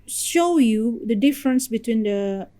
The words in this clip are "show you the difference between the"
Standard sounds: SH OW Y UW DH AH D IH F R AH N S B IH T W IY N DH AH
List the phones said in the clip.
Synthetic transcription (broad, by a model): SH OW Y UW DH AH D IH F R AH N S B IH T W IY N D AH